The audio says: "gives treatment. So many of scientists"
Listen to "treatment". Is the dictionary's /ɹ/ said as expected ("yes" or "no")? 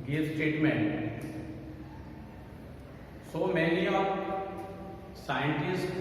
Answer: no